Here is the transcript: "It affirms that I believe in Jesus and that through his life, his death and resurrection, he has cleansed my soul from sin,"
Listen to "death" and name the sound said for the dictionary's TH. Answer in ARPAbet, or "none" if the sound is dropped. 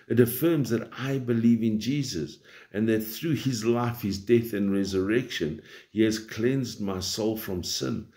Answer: TH